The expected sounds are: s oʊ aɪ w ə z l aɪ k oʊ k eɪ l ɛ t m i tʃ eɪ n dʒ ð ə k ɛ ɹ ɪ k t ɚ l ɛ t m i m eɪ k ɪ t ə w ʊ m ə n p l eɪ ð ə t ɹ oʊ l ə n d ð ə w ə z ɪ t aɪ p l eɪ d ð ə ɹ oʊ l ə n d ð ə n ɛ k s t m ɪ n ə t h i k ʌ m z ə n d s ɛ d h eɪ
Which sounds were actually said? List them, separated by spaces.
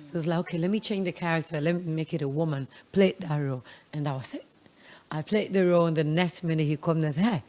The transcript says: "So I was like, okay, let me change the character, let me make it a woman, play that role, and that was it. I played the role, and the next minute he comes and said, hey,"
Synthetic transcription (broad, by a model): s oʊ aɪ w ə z l aɪ k oʊ k eɪ l ɛ t m i tʃ eɪ n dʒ ð ə k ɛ ɹ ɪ k t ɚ l ɛ t m i m eɪ k ɪ t ə w ʊ m ə n p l eɪ ð ə t ɹ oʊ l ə n ð ə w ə s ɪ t aɪ p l eɪ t ð ə ɹ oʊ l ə n ð ə n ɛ s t m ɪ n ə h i k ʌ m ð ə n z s h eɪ